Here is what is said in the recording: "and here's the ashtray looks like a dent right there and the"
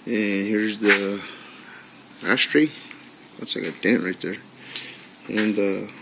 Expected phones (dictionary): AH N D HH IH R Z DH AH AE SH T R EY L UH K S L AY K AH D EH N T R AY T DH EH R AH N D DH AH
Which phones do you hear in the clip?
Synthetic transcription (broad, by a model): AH N HH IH R Z DH AH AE S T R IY W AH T S L AY K AH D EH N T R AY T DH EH R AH N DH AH